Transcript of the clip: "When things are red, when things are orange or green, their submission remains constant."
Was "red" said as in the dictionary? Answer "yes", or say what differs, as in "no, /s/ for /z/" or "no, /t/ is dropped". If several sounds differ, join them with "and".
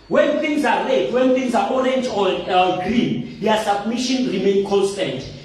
no, /l/ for /ɹ/